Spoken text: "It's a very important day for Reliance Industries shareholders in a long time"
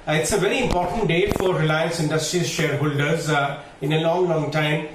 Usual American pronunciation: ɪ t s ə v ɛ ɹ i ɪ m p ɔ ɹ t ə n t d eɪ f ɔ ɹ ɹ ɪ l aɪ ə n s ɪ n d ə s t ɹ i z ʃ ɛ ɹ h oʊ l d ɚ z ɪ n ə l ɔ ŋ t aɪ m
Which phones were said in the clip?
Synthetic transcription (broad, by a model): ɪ t s ə v ɛ ɹ i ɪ m p ɔ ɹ t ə n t d eɪ f ɔ ɹ ɹ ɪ l aɪ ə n s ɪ n d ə s t ɹ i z ʃ ɛ ɹ h oʊ l d ɚ z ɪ n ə l ɔ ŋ t aɪ m